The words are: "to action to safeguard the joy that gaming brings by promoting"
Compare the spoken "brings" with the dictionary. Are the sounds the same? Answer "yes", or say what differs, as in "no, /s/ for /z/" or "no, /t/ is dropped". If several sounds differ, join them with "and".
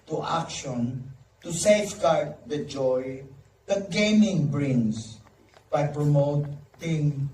no, /s/ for /z/